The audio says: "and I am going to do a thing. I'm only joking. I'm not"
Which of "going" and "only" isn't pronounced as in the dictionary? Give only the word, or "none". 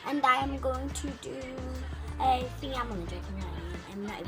only